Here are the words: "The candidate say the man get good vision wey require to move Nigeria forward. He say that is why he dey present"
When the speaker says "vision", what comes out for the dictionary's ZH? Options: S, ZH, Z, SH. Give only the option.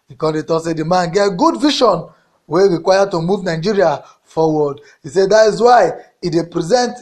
SH